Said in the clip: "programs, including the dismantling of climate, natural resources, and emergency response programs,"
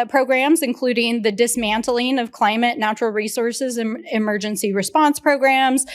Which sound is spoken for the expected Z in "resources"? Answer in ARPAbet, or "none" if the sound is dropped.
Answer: Z